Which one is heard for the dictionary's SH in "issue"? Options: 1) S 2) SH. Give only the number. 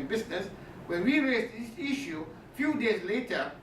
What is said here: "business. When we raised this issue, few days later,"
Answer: 2